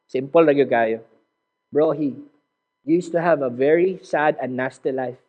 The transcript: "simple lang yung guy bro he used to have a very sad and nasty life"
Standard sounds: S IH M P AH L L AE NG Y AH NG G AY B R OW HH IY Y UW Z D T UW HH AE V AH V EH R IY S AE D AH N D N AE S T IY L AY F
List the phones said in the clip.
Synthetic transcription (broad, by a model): S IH M P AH L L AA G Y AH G AY B R OW HH IY Y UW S T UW HH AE V AH V EH R IY S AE D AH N N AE S T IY L AY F